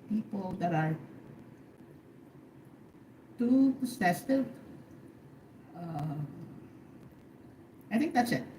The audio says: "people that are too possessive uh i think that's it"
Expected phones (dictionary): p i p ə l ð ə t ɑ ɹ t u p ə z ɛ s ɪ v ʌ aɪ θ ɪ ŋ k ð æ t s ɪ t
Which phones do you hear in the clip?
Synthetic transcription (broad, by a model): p i p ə l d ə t ɑ ɹ t u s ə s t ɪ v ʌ aɪ t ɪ ŋ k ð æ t s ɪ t